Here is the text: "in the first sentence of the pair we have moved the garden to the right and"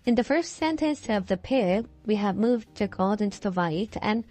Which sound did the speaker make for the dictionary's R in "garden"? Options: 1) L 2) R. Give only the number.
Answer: 1